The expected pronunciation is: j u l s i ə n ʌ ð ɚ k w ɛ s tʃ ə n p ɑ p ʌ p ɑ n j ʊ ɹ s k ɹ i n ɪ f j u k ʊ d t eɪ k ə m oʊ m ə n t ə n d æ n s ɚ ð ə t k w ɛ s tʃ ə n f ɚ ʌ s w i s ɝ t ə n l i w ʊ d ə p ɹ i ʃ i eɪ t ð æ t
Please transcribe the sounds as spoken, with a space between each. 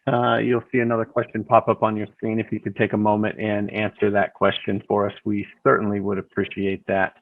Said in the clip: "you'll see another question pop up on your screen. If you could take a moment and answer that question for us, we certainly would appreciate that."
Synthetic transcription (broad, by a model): j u l s i ə n ʌ ð ɚ k w ɛ s tʃ ə n p ɑ p ʌ p n j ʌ ɹ s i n ɪ f j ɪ k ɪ d t eɪ k ə m oʊ m ə n t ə n æ n s ɚ ð ə t k w ɛ s tʃ ə n f ɚ ʌ s w i s ɝ t n l i w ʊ d ə p ɹ i ʃ i eɪ t ð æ t